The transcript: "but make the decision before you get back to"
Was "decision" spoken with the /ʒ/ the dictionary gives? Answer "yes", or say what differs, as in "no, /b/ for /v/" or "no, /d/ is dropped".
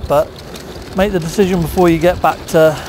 yes